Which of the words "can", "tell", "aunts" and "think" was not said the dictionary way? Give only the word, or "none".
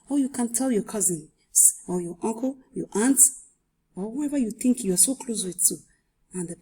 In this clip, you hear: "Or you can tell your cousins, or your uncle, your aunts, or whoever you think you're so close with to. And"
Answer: aunts